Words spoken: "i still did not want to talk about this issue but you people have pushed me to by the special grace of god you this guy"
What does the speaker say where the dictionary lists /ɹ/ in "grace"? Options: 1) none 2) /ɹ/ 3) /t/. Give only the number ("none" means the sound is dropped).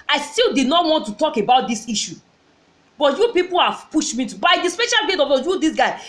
1